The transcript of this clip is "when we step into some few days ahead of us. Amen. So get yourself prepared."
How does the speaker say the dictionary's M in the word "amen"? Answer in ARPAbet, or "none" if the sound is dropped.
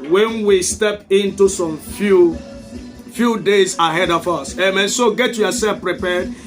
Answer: M